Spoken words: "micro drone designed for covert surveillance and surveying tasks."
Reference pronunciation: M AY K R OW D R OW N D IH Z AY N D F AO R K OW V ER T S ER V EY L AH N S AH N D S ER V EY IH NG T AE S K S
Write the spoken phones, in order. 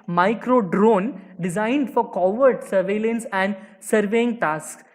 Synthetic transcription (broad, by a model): M AY K R OW D R OW N D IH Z AY N D F AO R K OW V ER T S ER V EY L AH N S AH N D S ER V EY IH NG T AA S S